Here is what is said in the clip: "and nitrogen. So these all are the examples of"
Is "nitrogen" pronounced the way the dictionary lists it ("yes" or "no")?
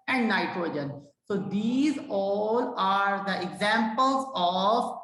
yes